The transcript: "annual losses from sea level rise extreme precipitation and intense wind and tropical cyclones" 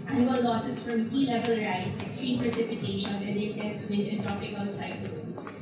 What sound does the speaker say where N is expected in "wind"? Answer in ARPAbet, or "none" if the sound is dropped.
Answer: none